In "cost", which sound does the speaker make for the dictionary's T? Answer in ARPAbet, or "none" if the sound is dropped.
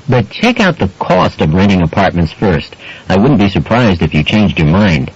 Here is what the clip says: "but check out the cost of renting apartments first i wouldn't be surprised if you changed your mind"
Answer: T